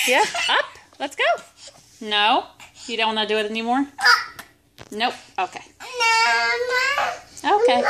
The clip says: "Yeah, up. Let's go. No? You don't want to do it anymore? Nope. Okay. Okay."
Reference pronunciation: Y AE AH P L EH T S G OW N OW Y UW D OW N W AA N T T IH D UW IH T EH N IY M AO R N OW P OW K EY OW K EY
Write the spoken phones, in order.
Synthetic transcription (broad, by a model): Y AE AH P L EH T S G OW N OW Y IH D OW N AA T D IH IH T EH N IY M AO R N OW OW K EY OW K EY